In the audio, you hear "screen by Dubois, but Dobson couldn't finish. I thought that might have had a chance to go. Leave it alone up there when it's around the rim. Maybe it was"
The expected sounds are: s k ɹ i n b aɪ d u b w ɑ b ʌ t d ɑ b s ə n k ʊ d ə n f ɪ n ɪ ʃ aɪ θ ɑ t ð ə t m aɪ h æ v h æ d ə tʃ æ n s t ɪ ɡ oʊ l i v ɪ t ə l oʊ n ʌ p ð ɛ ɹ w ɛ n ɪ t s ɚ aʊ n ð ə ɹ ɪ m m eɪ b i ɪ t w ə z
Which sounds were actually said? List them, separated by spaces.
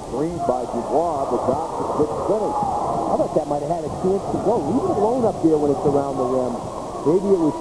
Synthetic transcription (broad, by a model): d ɹ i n b aɪ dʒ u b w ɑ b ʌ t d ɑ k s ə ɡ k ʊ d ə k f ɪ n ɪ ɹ aɪ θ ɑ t ð ə t m aɪ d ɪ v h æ d ə tʃ æ n s t ɪ ɡ oʊ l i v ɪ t ə l oʊ n ʌ p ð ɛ ɹ w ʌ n ɪ t s ɚ aʊ n ð ə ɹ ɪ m m eɪ b i ɪ t w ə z